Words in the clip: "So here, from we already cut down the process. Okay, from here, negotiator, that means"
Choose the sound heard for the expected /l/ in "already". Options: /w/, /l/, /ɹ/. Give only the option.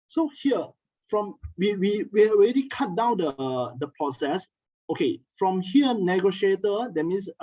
/w/